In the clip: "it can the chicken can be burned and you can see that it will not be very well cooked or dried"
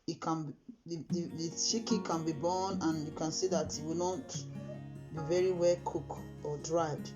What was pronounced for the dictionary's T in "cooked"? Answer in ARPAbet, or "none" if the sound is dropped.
none